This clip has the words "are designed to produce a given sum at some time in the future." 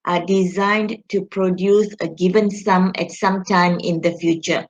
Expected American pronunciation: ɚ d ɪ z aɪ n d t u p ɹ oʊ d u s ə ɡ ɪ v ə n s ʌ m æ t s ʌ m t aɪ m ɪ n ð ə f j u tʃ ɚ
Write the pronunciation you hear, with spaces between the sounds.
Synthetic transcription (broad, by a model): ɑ d ɪ z aɪ n d t u p ɹ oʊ d u s ə ɡ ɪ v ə n s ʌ m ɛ t s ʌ m t aɪ m ɪ n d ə f j u tʃ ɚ